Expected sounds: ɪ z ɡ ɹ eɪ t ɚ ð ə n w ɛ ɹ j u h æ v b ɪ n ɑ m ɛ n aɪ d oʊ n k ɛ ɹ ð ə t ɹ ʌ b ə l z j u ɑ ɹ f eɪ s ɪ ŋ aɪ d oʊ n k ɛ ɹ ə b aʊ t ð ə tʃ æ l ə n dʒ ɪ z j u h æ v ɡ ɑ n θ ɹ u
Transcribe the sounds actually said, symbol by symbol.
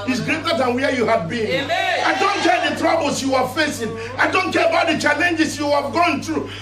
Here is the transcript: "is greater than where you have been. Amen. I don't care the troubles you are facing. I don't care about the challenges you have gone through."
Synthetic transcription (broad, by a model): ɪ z ɡ ɹ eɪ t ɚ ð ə n w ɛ j u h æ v b ɪ n ɑ ɪ d oʊ n k ɛ ɹ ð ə t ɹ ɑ b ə l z j u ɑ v f eɪ s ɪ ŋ aɪ d oʊ n k ɛ ɹ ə b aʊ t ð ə tʃ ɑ l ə n dʒ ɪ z j u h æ v ɡ ɑ n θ ɹ u